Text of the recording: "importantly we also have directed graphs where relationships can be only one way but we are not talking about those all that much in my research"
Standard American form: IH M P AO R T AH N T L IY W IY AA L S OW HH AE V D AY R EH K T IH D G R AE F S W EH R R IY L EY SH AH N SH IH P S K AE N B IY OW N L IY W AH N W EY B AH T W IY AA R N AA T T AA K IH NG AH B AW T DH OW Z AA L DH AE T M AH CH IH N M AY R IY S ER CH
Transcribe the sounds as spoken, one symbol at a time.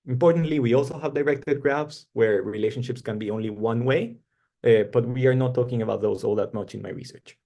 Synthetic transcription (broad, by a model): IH M P AO R T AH N T L IY W IY AA L S OW HH AE V D AY R EH K T IH D G R AE F S W EH R R IY L EY SH AH N SH IH P S K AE N B IY OW N L IY W AH N W EY B AH T W IY AA R N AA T T AA K IH NG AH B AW T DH OW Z AA L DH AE T M AH CH IH N M AY R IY S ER CH